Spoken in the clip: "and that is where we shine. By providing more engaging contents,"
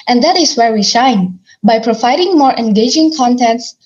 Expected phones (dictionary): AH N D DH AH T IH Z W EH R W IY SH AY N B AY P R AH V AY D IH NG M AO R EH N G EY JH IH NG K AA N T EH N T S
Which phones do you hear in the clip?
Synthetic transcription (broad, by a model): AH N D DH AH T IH S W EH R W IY SH AY N B AY P R AH V AY D IH NG M AO R EH N G EY JH IH NG K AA N T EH N T S